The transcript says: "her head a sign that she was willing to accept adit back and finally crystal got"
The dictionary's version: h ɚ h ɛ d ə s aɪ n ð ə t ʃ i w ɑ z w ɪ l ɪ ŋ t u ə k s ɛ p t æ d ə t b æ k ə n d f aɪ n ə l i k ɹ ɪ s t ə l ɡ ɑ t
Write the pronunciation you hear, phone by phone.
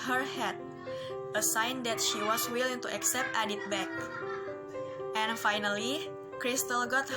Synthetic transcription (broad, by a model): h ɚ h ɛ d ə s aɪ n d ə t ʃ i w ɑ s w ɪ l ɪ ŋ t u ə k s ɛ p t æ d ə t b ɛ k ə n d f aɪ n ə l i k ɹ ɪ s t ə l ɡ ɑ t